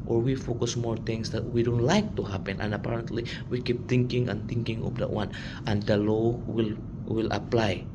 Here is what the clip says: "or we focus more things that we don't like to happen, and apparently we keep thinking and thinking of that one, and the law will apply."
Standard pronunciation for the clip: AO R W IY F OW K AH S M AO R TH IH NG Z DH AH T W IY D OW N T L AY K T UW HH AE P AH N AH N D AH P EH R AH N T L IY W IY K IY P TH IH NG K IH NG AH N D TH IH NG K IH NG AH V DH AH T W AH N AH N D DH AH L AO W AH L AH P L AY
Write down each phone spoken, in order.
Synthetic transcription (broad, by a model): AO R W IY F OW K AH S M AO R T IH NG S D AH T W IY D OW N T L AY K T UW HH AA P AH N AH N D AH P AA R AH N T L IY W IY K IY P T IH NG K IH NG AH N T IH NG K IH NG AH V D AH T W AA N AH N D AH L AO W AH L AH P L AY